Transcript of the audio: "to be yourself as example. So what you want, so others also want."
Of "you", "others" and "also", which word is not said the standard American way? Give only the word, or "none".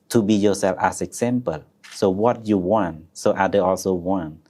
others